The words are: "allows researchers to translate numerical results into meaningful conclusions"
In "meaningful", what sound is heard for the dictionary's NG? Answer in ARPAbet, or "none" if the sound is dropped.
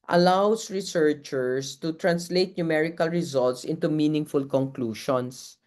NG